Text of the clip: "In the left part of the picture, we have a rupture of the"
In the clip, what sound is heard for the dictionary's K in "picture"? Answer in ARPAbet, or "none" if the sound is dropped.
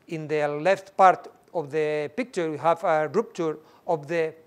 K